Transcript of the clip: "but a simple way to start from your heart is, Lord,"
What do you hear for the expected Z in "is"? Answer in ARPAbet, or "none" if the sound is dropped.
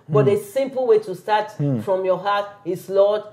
S